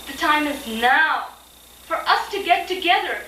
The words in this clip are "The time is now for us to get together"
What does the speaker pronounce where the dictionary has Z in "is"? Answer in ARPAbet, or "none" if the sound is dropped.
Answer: Z